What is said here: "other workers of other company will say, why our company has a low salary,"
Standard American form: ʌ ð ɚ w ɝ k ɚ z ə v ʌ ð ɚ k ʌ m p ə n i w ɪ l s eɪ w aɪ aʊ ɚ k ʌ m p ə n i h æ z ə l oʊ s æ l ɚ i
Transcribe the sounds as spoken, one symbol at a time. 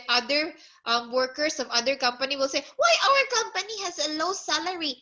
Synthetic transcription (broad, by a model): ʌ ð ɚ w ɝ k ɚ s ə v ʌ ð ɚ k ʌ m p ə n i w ɪ l s eɪ w aɪ aʊ ɚ k ʌ m p ə n i h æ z ə l oʊ s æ l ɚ i